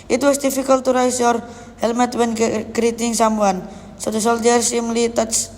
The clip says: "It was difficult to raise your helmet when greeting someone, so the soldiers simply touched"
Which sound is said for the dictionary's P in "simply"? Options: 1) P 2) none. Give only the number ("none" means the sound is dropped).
2